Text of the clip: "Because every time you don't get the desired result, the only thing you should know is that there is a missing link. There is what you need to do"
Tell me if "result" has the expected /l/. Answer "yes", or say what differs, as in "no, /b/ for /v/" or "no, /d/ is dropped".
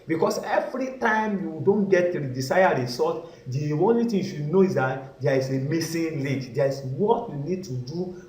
no, /l/ is dropped